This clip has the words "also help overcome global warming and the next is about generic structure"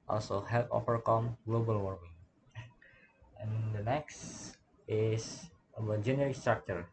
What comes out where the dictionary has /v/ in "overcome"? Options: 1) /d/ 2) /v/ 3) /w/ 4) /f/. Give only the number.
4